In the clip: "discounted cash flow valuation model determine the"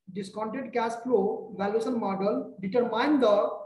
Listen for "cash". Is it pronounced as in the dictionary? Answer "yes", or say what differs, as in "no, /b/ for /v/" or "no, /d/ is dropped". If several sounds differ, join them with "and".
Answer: no, /s/ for /ʃ/